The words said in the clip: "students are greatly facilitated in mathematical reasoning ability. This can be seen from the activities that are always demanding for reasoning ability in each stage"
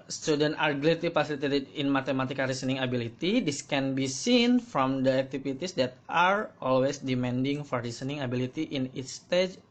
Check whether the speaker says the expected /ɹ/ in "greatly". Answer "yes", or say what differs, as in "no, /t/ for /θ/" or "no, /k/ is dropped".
no, /l/ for /ɹ/